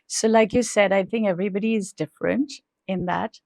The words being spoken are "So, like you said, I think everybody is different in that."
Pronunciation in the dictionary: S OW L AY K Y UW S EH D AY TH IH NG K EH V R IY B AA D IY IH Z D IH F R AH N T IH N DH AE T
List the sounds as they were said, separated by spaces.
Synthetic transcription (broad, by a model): S OW L AY K Y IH S EH D AY TH IH NG K EH V R IY B AA D IY IH Z D IH F R AH N T IH N DH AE T